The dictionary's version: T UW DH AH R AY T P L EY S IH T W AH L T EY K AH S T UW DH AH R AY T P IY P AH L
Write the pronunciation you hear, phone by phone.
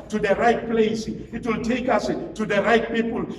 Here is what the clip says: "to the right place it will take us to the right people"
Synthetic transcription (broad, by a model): T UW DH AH R AY T P L EY S IH T W AH L T EY K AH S T UW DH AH R AY T P IY P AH L